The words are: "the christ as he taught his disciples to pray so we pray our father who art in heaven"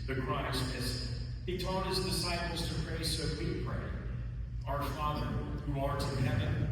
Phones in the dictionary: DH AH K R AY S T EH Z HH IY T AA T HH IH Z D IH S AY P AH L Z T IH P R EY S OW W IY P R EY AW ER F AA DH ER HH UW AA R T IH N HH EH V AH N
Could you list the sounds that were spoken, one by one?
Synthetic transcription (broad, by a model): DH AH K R AY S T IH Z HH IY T AA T HH IH Z D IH S AY P L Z T IH P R EY S OW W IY P R EY AW ER F AA DH ER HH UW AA R T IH HH EH V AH N